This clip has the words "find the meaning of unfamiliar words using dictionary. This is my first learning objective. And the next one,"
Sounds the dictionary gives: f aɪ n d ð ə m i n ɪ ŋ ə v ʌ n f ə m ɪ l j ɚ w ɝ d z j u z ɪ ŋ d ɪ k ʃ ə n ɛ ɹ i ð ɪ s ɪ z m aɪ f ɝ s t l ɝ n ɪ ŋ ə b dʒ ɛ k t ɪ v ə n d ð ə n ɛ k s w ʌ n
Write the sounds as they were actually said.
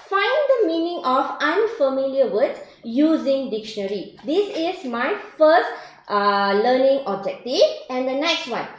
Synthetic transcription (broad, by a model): f aɪ n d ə m i n ɪ ŋ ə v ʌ n f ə m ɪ l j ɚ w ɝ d j u z ɪ ŋ d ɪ k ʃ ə n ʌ ɹ i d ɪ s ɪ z m aɪ f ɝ s t l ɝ n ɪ ŋ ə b dʒ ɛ k t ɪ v ə n d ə n ɛ k s w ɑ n